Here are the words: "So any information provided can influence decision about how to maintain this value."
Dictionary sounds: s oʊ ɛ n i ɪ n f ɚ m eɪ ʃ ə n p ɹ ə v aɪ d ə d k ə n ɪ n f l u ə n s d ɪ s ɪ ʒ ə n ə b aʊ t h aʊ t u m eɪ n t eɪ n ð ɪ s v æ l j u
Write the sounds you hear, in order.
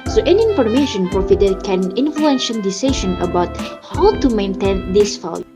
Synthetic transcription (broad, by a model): s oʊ ɛ n i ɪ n f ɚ m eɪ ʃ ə n p ɹ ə f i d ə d k ə n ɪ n f l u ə n ʃ d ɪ s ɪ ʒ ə n ə b aʊ t h aʊ t u m eɪ n t eɪ n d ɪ s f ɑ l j